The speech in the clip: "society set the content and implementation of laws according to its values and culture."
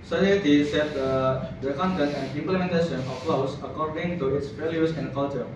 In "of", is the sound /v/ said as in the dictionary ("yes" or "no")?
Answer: no